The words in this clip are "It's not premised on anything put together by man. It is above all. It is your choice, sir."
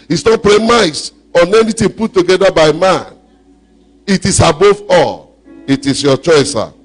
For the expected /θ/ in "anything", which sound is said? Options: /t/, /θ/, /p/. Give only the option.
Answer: /t/